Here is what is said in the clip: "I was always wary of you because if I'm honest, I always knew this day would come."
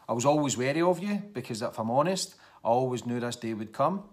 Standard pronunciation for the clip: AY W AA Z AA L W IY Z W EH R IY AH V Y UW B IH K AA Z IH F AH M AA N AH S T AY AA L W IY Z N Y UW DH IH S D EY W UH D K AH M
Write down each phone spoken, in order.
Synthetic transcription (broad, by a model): AY W AA Z AA L W IY Z W EH R IY AH V Y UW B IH K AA Z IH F AH M AA N AH S T AY AA L W IY Z N Y UW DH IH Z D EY W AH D K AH M